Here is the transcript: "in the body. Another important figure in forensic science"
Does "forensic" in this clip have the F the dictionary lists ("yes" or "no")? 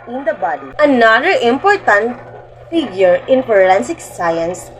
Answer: no